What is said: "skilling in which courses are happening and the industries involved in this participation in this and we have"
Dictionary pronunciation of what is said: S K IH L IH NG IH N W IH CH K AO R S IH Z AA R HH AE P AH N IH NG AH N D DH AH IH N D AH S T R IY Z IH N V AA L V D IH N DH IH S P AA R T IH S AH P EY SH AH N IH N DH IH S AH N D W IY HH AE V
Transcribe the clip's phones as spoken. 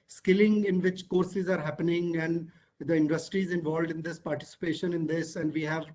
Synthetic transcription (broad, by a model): S K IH L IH NG IH N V IH CH K AO R S IH Z AA R HH AE P AH N IH NG AH N D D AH IH N D AH S T R IY Z IH N V AA L V D IH N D IH S P AA R T IH S AH P EY SH AH N IH N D IH S AH N D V IY HH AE V